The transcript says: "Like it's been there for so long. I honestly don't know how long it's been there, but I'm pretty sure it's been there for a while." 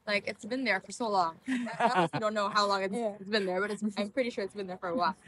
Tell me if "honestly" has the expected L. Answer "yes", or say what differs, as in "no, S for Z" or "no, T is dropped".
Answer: no, L is dropped